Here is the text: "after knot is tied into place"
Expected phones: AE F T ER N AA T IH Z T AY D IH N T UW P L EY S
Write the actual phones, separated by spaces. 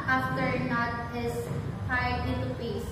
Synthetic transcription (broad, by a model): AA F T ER N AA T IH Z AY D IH T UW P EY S